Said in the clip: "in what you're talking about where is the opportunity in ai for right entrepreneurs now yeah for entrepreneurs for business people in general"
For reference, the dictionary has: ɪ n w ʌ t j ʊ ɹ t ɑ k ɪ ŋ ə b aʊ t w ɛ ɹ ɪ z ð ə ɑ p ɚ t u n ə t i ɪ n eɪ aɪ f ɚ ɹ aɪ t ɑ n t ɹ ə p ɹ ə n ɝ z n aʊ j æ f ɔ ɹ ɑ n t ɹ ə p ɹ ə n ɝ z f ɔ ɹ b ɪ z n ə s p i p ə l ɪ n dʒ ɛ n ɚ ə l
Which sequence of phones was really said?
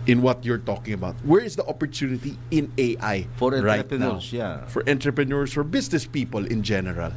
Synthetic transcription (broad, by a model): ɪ n w ʌ t j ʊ ɹ t ɑ k ɪ ŋ ə b aʊ t w ɛ ɹ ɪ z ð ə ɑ p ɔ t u n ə t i ɪ n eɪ aɪ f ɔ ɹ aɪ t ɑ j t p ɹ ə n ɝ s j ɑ f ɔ ɹ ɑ n t ɹ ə p ɹ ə n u s f ɔ ɹ b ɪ s n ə s p i p ə l ɪ n dʒ ɛ n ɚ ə l